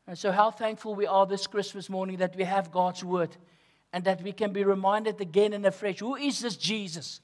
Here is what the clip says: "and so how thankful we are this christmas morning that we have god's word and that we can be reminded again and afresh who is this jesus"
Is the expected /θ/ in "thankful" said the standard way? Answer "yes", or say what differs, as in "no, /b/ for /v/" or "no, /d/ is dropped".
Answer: yes